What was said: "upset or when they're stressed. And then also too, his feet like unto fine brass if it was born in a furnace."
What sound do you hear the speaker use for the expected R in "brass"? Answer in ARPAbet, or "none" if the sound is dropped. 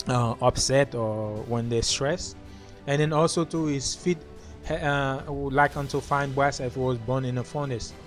none